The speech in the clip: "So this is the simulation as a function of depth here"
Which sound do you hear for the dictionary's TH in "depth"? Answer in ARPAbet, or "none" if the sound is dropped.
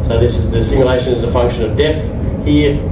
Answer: TH